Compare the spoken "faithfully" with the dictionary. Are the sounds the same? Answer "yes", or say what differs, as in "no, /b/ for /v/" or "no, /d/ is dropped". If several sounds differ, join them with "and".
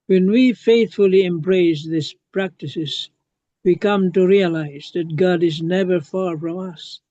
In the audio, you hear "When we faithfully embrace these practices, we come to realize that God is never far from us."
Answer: yes